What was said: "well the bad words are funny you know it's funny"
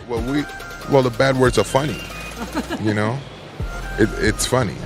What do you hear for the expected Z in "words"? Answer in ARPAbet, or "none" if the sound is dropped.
Z